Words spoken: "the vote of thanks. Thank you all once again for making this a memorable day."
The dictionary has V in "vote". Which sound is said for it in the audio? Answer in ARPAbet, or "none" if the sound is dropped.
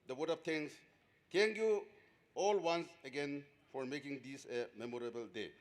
W